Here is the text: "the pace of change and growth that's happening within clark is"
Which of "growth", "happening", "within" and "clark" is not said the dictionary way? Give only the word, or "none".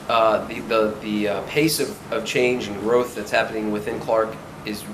none